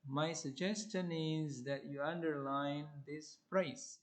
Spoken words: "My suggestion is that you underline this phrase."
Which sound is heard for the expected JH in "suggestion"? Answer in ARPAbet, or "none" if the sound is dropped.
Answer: JH